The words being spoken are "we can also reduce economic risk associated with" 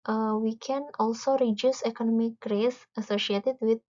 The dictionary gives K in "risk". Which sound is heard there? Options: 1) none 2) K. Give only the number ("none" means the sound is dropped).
1